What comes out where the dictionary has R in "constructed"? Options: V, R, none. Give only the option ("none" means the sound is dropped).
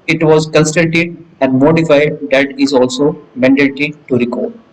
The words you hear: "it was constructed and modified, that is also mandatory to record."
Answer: none